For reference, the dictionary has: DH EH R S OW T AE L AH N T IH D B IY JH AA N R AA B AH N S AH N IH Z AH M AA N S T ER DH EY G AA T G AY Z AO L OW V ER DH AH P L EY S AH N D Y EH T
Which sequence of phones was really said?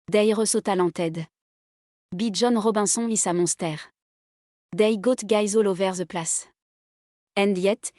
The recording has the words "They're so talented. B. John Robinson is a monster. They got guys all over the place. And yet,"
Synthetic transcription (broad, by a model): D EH R S OW T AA L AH T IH D B IY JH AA N R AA B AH S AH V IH S AH M AA S T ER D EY G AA T G AY Z AO L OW V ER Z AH P L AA S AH N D Y EH T